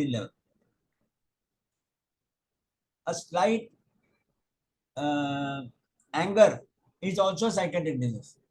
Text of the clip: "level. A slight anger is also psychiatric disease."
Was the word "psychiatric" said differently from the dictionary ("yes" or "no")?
yes